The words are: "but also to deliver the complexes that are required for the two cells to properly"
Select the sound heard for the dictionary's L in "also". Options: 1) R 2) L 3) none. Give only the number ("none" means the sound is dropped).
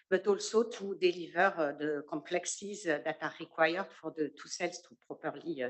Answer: 2